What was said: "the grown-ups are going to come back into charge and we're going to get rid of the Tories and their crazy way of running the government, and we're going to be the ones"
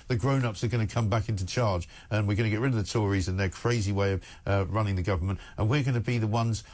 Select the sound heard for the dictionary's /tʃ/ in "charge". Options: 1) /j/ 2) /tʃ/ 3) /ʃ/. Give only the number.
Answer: 2